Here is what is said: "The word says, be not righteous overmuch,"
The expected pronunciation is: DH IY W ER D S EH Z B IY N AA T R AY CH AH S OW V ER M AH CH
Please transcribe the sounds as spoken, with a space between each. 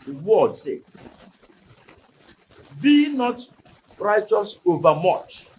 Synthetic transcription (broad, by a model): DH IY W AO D S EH B IY N AA T R AY CH AH S OW V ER M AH CH